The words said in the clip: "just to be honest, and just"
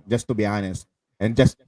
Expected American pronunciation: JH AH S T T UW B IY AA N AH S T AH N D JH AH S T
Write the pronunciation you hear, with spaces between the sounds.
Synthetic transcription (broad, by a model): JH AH S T T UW B IY AA N AH S T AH N JH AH S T